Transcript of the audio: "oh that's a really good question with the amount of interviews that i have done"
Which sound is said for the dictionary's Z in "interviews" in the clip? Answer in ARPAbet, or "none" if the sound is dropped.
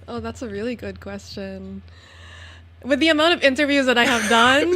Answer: Z